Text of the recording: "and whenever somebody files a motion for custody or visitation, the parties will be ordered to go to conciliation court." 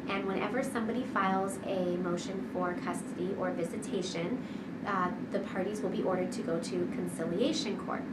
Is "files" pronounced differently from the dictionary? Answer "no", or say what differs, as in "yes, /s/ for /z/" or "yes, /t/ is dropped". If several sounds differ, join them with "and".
no